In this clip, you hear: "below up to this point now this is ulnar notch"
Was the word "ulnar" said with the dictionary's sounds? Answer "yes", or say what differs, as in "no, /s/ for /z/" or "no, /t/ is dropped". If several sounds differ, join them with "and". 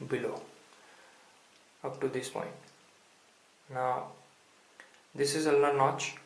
no, /n/ is dropped